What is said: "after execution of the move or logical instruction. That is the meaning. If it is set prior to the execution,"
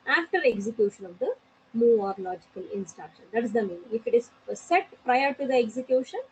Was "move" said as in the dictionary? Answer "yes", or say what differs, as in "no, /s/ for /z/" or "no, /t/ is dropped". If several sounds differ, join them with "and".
no, /v/ is dropped